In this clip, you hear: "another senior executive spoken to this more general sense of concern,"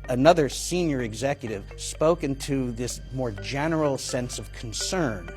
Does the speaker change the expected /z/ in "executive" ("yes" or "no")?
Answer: no